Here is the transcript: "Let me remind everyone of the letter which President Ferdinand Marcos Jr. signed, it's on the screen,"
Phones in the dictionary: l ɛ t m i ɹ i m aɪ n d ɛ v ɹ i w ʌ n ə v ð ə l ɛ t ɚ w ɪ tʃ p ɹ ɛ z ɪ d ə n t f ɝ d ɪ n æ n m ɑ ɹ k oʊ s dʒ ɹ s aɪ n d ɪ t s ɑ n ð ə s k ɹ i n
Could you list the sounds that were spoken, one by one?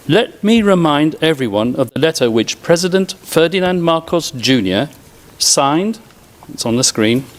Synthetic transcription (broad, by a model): l ɛ t m i ɹ i m aɪ n d ɛ v ɹ i w ʌ n ə v ð ə l ɛ t ɚ w ɪ tʃ p ɹ ɛ z ɪ d ə n t f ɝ d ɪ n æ n m ɑ ɹ k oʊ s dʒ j s aɪ n d ɪ t s n ð ə s k ɹ i n